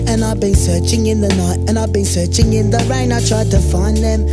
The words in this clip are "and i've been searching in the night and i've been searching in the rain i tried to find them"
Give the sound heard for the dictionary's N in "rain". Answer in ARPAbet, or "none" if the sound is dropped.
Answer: N